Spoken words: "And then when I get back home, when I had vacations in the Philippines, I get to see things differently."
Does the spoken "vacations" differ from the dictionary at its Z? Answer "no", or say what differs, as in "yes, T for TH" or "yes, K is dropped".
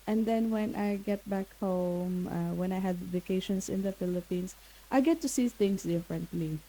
yes, S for Z